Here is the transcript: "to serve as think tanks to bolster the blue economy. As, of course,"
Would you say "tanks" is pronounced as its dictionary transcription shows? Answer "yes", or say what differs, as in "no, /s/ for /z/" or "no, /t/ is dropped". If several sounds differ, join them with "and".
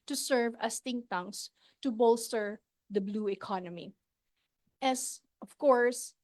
no, /k/ is dropped